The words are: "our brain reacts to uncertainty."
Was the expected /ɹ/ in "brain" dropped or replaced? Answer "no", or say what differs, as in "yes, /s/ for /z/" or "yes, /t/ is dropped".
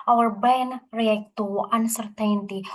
yes, /ɹ/ is dropped